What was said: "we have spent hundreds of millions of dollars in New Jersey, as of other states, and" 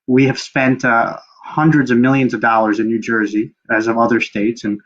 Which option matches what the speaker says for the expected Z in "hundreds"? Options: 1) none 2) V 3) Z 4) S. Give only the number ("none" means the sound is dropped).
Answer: 3